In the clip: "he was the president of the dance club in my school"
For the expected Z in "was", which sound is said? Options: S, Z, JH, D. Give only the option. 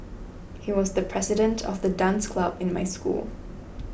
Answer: Z